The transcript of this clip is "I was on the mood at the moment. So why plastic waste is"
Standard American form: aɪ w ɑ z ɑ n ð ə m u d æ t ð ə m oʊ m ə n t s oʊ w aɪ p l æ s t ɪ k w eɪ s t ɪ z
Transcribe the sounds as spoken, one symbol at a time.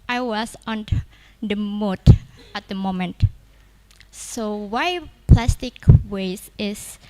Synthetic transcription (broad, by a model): aɪ w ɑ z ɑ n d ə m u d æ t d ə m oʊ m ə n t s oʊ w aɪ p l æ s t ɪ k w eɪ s ɪ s